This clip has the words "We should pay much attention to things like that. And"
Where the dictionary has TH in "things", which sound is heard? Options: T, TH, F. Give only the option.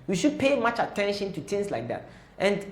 T